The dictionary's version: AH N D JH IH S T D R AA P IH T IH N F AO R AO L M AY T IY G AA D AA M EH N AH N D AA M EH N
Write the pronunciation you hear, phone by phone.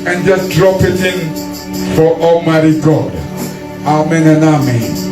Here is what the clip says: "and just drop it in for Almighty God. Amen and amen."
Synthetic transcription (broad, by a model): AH N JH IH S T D R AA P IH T IH N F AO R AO M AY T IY G AA D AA M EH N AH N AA M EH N